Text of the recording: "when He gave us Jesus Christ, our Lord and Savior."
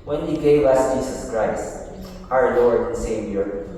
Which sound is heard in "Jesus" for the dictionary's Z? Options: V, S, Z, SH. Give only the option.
S